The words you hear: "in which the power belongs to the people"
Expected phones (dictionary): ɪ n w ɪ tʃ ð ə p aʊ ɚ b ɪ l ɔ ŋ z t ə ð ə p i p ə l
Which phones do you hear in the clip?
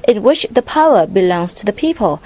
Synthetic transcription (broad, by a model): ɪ n w ɪ tʃ ð ə p aʊ ɚ b ɪ l ɔ ŋ z t ə ð ə p i p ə l